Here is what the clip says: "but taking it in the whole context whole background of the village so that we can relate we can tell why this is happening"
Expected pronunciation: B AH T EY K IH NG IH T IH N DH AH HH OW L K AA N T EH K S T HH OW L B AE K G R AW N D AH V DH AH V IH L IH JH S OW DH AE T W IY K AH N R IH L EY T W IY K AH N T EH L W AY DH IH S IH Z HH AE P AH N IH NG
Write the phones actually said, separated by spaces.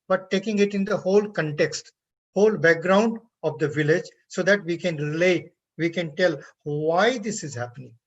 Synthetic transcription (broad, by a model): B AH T EY K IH NG IH T IH N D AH HH OW L K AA N T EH K S T HH OW L B AE K G R AW N D AH V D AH V IH L IH JH S OW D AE T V IY K AH N R IH L EY T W IY K AH N T EH L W AY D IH S IH Z HH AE P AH N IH NG